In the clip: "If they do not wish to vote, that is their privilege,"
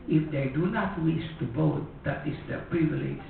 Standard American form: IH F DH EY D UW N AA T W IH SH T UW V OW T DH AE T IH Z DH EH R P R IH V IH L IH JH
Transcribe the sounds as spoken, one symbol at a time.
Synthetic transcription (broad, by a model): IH F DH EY D UW N AA T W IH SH T UW B OW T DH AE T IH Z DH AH P R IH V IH L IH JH